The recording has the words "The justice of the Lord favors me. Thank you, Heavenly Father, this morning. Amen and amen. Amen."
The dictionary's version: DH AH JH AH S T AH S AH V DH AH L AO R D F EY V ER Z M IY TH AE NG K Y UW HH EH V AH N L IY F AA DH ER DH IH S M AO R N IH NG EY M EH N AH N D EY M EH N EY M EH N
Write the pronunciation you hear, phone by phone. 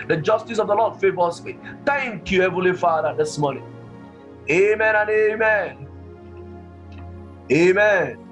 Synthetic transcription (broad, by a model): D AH JH AH S T AH S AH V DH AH L AO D F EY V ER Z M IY T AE NG K Y UW HH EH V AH L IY F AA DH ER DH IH S M AO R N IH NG EY M EH N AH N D EY M EH N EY M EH N